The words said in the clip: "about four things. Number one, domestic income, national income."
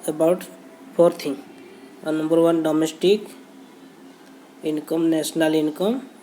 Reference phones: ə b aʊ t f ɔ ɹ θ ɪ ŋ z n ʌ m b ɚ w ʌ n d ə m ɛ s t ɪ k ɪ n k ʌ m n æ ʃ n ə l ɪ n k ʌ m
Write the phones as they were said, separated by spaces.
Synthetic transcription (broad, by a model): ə b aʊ t p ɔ ɹ t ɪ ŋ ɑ n ʌ m b ɚ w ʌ n d ə m ɛ s t ɪ k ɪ n k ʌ m n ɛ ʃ n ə l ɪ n k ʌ m